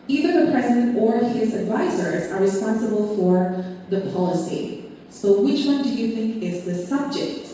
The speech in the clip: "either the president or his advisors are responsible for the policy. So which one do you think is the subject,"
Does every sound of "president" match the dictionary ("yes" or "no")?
yes